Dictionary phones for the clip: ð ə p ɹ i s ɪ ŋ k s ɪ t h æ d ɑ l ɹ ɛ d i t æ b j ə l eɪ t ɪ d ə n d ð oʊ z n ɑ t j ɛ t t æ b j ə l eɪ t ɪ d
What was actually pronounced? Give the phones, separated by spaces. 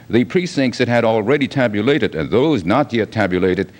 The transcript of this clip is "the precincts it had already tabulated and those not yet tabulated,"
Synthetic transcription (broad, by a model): ð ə p ɹ i s ɪ ŋ k s ɪ t h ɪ d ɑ l ɹ ɛ d i t æ b j ə l eɪ t ɪ d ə n ð oʊ z n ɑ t j ɛ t t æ b j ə l eɪ t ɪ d